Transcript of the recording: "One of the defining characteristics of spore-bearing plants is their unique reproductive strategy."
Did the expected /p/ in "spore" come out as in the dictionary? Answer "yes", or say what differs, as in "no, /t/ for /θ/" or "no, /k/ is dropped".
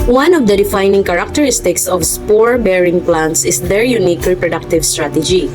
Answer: yes